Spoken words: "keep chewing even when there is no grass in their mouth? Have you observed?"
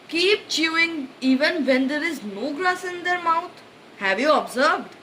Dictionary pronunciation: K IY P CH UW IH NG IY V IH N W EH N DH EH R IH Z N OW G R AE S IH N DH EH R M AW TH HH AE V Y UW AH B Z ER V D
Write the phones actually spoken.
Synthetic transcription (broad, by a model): K IY P CH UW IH NG IY V IH N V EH N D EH R IH Z N OW G L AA S IH N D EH R M AW T HH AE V Y UW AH B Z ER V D